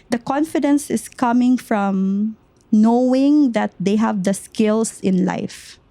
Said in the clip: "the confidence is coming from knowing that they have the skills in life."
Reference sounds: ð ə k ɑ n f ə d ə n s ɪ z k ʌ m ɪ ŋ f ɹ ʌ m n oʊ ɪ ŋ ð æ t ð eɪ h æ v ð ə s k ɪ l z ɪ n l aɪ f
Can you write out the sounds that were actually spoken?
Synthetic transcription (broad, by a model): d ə k ɑ n f ə d ə n s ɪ s k ʌ m ɪ ŋ f ɹ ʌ m n oʊ ɪ ŋ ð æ t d eɪ h æ v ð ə s k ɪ l s ɪ n l aɪ f